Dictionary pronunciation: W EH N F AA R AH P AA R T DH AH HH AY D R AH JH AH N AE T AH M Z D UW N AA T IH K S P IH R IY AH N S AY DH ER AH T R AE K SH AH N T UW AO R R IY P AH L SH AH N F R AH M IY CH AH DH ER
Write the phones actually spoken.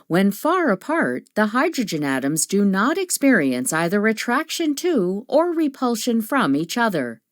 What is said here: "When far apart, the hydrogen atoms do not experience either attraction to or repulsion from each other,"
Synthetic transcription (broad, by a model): W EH N F AA R AH P AA R T DH AH HH AY D R AH JH AH N AE T AH M Z D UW N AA T IH K S P IH R IY AH N S AY DH ER AH T R AE K SH AH N T UW AO R R IY P AH L SH AH N F R AH M IY CH AH DH ER